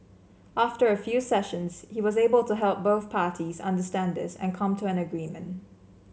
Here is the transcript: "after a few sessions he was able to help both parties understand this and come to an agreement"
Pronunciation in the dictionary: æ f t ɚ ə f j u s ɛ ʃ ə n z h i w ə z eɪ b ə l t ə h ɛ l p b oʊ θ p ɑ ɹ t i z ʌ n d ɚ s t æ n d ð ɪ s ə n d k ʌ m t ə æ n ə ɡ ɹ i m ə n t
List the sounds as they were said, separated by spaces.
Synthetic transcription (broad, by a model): æ f t ɚ ə f j u s ɛ ʃ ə n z h i w ə z eɪ b ə l t ə h ɛ l p b oʊ θ p ɑ ɹ t i z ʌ n d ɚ s t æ n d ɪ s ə n k ʌ m t ə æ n ə ɡ ɹ i m ə n t